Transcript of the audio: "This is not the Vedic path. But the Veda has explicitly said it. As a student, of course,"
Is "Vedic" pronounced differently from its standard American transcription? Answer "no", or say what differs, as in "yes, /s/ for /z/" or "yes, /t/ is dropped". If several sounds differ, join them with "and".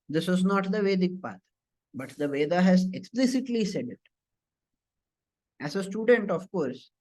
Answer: no